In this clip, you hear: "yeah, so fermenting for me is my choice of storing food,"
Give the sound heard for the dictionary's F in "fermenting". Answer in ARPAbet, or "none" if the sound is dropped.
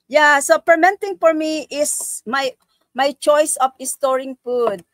P